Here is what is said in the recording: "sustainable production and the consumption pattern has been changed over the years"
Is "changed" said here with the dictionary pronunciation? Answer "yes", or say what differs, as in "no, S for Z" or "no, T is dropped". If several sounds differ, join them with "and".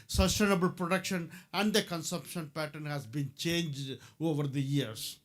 yes